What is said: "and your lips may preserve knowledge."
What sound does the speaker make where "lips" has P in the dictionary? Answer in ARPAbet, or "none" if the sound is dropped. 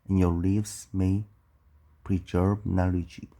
F